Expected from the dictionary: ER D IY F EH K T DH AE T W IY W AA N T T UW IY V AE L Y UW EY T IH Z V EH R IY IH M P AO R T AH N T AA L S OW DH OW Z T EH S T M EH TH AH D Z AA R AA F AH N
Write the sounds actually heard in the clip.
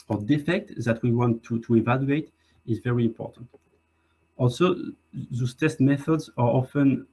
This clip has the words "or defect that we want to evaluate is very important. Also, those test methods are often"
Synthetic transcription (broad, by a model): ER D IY F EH K T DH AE T W IY W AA N T T UW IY V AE L Y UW EY T IH Z V EH R IY IH M P AO R T AH N T AA L S OW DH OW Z T EH S T M EH TH AH D Z AA R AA F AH N